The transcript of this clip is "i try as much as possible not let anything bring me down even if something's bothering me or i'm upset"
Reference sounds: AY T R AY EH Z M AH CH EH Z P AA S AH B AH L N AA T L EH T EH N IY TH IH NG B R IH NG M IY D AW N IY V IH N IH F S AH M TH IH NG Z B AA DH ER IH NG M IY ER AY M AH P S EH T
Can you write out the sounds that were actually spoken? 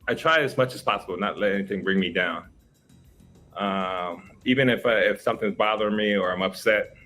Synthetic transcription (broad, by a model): AY T R AY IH Z M AH CH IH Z P AA S AH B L N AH T L EH T EH N IY TH IH NG B R IH NG M IY D AW N IY V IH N IH F S AH M TH IH NG Z B AA DH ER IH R M IY ER AY M AH P S EH T